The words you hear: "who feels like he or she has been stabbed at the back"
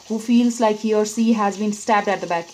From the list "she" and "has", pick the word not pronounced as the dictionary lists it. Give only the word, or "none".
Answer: she